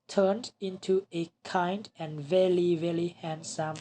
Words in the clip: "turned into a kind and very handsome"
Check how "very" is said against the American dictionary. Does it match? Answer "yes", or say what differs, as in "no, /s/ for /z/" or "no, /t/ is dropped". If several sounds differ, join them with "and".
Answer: no, /l/ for /ɹ/